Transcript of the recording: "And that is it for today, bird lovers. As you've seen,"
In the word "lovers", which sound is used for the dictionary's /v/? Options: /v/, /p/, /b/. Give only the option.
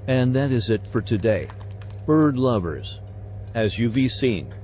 /v/